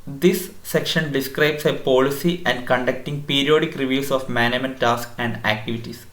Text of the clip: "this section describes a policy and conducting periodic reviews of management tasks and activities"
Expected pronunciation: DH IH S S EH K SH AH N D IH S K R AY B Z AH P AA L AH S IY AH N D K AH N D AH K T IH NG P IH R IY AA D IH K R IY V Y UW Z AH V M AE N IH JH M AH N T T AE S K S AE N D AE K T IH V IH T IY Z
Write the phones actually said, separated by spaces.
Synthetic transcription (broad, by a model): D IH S S EH K SH AH N D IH S K R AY B S AH P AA L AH S IY AH N D K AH N D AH K T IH NG P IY R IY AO D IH K R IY V Y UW S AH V M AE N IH M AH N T T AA S K AE N D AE K T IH V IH T IY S